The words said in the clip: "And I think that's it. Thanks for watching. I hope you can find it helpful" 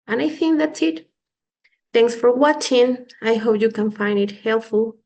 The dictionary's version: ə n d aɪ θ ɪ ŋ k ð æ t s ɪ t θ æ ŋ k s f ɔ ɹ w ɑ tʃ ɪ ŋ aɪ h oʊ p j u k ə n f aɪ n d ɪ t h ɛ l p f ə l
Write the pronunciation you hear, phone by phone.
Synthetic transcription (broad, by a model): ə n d aɪ θ ɪ ŋ k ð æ t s ɪ t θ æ ŋ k s f ɔ ɹ w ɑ tʃ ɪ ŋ aɪ h oʊ p j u k ə n f aɪ n d ɪ t h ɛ l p f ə l